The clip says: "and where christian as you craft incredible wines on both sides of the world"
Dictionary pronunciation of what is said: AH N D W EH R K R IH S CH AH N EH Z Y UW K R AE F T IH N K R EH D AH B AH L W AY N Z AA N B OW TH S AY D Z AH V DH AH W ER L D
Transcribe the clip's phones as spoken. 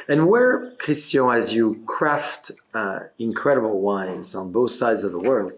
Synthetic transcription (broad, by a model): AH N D W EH R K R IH S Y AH IH Z Y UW K R AE F T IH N K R EH D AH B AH L W AY N Z N B OW TH S AY D Z AH V DH AH W ER L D